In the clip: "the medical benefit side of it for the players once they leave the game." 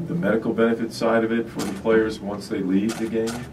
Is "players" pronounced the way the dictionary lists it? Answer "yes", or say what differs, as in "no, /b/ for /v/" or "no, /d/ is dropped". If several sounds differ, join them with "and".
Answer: yes